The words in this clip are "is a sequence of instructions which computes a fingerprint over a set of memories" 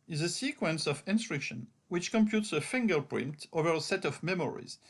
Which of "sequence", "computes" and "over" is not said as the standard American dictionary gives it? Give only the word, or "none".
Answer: none